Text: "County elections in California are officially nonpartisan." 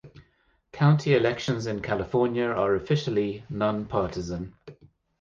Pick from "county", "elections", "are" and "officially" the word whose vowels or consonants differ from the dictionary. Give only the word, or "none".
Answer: none